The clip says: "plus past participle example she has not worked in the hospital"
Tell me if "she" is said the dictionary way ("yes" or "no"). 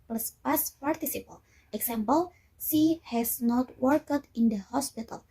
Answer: no